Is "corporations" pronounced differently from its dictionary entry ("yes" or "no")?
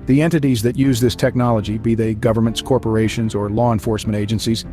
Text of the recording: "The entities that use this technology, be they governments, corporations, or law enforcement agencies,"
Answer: no